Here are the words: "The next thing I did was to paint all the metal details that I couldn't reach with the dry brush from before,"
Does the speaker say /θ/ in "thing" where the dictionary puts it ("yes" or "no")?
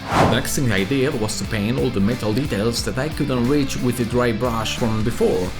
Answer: no